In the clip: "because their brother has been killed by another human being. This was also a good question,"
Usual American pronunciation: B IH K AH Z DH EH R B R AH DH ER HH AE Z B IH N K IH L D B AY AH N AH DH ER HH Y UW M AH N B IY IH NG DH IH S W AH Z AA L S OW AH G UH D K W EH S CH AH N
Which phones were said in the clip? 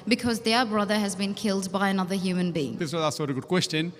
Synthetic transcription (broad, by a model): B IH K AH Z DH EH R B R AH DH ER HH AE Z B IH N K IH L D B AY AH N AH DH ER HH Y UW M AH N B IY IH NG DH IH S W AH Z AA S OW AH G UH D K W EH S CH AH N